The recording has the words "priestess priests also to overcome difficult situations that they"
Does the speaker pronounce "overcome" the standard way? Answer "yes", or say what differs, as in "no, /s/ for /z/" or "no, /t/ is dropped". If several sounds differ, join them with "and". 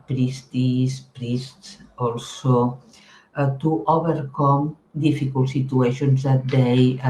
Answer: no, /b/ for /v/